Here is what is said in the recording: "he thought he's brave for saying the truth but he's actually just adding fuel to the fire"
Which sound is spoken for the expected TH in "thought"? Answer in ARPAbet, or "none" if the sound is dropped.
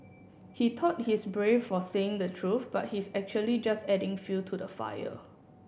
T